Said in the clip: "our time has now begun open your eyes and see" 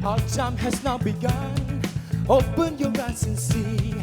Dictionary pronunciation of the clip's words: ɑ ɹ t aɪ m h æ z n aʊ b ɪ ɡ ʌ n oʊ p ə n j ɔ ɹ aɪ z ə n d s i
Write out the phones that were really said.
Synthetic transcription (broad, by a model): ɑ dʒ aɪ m h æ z n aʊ b ɪ ɡ ʌ n oʊ p ə n j ɔ ɹ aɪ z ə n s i